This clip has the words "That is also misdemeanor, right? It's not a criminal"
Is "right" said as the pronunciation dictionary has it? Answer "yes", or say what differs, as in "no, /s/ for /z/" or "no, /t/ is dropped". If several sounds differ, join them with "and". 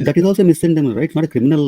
no, /t/ is dropped